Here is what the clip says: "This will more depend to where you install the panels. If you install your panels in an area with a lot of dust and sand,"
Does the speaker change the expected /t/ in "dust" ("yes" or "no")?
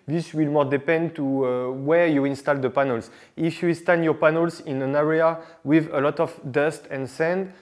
no